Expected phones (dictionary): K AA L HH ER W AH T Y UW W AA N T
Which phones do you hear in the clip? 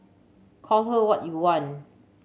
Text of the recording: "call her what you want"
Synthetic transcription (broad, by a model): K AA L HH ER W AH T Y UW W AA N